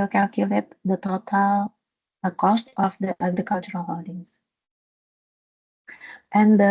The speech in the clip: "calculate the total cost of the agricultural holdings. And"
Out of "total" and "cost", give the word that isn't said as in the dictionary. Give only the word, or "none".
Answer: none